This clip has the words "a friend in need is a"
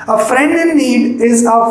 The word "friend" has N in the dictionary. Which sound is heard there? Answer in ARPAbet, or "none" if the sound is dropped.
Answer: N